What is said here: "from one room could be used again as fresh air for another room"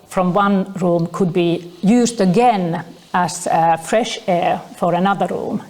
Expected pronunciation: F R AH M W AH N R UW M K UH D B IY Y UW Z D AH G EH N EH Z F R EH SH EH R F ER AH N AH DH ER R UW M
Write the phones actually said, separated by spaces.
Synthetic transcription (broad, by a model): F R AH M W AH N R UW M K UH D B IY Y UW Z D AH G EH N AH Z F R EH SH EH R F ER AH N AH DH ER R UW M